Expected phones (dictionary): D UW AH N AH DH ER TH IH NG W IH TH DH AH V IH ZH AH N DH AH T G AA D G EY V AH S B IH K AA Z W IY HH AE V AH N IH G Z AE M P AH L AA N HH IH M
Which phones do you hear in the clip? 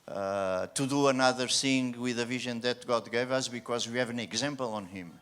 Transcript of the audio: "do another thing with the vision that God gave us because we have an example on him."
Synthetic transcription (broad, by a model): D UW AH N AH DH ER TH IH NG W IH DH AH V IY ZH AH N DH AH T G AA D G EY V AH S B IH K AA Z W IY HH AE V AH N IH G Z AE M P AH L AA N HH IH M